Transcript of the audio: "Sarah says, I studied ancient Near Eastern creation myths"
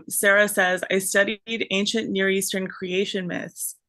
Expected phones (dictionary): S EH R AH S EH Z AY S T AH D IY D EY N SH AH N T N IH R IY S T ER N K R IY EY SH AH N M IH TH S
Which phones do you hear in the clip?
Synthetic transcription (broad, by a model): S EH R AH S EH Z AY S T AH D IY D EY N SH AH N N IH R IY S T ER N K R IY EY SH AH N M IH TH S